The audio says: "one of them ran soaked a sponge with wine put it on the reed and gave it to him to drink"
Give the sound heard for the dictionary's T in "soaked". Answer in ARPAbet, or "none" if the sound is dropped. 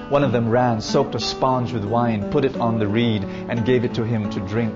T